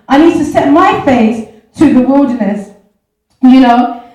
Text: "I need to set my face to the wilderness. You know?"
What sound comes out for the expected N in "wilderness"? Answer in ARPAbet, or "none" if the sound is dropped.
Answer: none